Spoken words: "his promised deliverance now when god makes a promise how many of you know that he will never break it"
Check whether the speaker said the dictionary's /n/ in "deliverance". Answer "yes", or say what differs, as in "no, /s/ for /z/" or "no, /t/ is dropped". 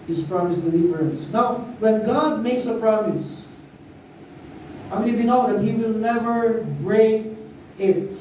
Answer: no, /n/ is dropped